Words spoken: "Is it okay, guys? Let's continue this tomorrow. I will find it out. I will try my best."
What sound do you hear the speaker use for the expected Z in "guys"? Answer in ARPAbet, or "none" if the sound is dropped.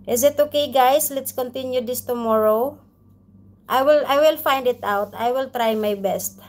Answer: S